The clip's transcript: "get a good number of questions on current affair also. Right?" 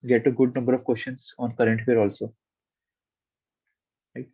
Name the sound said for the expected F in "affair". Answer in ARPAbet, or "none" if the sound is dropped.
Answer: none